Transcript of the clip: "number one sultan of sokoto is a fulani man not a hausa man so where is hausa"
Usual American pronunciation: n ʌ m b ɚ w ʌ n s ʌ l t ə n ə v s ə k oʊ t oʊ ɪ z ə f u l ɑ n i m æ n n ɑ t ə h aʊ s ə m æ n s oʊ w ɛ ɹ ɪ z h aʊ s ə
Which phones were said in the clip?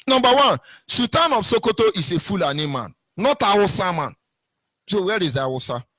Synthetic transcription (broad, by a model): n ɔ m b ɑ w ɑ n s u t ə n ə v s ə k oʊ t oʊ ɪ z ə f u l ɑ n i m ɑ n n ɑ t ə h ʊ s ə m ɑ n s oʊ w ɛ ɹ ɪ z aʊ s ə